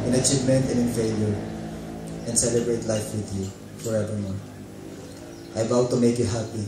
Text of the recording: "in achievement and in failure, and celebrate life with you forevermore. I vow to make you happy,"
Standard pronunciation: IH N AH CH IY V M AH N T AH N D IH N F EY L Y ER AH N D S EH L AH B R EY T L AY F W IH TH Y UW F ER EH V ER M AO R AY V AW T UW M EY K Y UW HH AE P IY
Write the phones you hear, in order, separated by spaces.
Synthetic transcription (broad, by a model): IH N AH CH IY V M AH N T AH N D IH N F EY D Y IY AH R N S EH L AH B R EY T L AY F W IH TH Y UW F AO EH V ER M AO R AY B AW T UW M EY K Y UW HH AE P IY